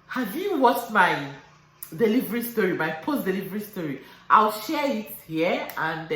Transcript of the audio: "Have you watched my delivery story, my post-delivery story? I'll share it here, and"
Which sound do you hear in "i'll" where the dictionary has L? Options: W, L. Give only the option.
L